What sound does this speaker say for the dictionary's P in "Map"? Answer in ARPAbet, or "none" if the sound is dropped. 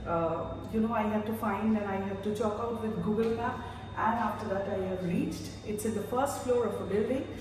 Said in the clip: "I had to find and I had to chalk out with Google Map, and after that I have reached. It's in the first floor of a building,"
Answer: none